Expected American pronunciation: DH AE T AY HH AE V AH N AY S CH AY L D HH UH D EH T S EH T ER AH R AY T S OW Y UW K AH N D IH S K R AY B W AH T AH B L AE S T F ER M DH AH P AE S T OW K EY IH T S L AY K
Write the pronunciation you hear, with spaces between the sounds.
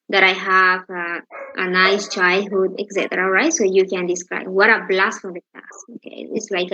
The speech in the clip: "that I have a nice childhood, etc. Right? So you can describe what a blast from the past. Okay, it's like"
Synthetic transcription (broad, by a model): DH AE T AY HH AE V AH N AY S CH AY L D HH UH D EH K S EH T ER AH R AY T S OW Y UW K AH N D IH S K R AY B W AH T AH B L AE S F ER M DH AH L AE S OW K EY IH T S L AY K